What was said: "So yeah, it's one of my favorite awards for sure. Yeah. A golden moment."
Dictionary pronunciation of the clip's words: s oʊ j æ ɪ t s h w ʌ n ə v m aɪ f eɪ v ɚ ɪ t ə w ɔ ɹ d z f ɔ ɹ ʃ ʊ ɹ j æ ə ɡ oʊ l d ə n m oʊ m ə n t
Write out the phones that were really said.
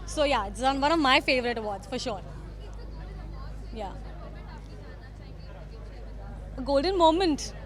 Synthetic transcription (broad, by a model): s oʊ j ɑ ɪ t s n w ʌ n ə v m aɪ f eɪ v ɚ ɪ t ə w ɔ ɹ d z f ɔ ɹ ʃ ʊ ɹ j ə ɡ oʊ l d ə n m oʊ m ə n t